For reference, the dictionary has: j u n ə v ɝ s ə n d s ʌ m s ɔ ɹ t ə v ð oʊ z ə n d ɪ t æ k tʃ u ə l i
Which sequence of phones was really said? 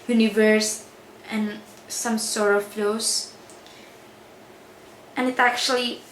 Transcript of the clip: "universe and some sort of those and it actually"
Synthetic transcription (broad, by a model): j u n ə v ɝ s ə n s ʌ m s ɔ ɹ ə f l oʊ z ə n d ɪ t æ k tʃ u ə l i